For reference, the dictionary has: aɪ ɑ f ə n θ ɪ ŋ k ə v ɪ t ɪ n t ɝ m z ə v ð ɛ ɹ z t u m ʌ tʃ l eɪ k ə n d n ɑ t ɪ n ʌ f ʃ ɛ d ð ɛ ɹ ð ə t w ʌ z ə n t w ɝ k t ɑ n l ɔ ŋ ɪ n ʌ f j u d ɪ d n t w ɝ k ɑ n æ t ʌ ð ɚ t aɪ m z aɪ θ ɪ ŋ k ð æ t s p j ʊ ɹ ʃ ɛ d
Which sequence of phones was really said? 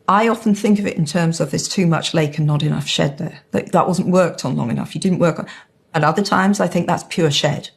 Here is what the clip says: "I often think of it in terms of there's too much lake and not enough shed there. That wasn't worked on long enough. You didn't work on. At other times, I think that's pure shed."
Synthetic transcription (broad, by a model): aɪ ɑ f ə n θ ɪ ŋ k ə v ɪ t ɪ n t ɝ m z ə v ð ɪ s t u m ʌ tʃ l eɪ k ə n n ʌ t ɪ n ʌ f ʃ ɛ d ð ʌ ɹ ð ə t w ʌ z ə n t w ɝ k t n l ɔ ŋ ɪ n ʌ f j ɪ d ɪ d n t w ɝ k n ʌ t ʌ ð ɚ t aɪ m z aɪ θ ɪ ŋ k ð æ t s p j ʊ ɹ ʃ ɛ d